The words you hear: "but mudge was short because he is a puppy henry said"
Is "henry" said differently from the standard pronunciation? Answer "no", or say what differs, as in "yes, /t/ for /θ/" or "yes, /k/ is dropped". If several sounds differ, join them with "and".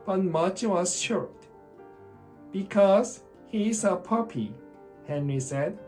no